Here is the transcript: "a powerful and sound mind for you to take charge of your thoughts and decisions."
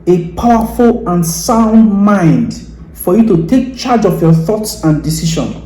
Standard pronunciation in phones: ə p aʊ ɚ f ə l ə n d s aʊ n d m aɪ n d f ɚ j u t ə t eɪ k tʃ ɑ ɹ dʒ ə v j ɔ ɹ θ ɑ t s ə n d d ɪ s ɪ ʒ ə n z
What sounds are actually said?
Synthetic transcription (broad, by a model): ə p aʊ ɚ f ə l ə n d s aʊ n d m aɪ n d f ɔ j u t ə t eɪ k tʃ ɑ dʒ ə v j ɔ θ ɑ t s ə n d d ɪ s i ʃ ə n